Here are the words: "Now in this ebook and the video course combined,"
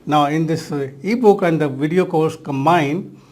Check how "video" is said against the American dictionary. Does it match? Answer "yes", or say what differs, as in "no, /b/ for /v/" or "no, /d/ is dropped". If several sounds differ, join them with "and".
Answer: yes